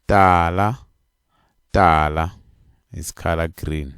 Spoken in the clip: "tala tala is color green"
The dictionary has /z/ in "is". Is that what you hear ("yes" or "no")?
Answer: no